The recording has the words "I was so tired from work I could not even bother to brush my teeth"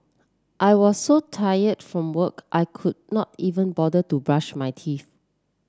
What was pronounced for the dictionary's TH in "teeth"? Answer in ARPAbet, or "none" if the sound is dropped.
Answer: F